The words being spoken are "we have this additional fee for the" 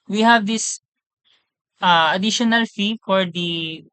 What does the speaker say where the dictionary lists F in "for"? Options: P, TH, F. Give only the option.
F